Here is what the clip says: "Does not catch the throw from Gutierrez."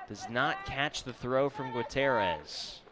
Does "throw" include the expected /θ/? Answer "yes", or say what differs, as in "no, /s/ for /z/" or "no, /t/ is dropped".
yes